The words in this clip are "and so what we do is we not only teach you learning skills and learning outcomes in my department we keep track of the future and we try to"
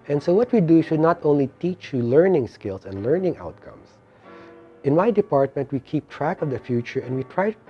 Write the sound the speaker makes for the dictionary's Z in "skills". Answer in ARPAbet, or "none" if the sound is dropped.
S